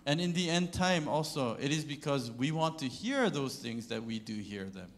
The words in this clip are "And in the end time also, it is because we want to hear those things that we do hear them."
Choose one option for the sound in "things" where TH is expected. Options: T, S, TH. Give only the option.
TH